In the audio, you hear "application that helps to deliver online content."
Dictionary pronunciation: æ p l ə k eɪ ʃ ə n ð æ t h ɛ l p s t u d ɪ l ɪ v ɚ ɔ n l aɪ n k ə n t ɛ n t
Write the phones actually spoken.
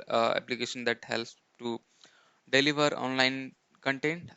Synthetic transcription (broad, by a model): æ p l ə k eɪ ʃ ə n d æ t h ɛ l s t u d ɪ l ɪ v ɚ ɔ n l aɪ n k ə n t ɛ n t